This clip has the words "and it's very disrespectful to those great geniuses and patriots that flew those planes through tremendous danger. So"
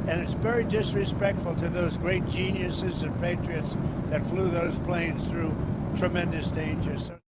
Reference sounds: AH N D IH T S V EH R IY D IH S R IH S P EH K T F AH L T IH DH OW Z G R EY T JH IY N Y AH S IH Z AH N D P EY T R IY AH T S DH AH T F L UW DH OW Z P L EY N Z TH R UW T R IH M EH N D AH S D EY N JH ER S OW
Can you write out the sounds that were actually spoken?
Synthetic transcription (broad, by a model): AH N IH T S V EH R IY D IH S R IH S P EH K T F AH L T IH DH OW Z G R EY T JH IY N Y AH S IH Z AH N P EY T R IY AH T S DH AH T F L UW DH OW Z P L EY N Z TH R UW T R IH M EH N D AH S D EY N JH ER S OW